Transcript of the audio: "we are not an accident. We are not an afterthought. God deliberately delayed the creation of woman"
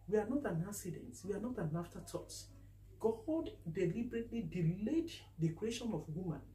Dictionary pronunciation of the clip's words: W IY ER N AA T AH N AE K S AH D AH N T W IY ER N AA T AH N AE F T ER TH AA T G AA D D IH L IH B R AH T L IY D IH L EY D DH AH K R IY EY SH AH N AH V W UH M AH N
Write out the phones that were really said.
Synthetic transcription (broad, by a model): W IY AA N AA T AH N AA S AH D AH N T W IY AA N AA T AH N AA F T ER T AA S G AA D D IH L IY B R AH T L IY D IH L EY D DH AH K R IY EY SH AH N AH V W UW M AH N